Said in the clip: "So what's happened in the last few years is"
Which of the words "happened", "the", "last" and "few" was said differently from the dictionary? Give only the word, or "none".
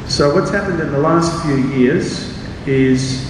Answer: none